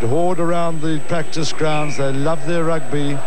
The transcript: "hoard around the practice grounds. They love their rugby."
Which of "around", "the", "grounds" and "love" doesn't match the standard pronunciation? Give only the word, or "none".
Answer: none